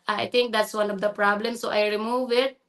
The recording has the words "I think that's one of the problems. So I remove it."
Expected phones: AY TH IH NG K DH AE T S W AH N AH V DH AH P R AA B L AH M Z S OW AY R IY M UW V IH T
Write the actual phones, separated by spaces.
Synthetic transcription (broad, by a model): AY T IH NG K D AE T S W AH N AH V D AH P R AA B L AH M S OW AY R IY M UW V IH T